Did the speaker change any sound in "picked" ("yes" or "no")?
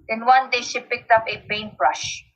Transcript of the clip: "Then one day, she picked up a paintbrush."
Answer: no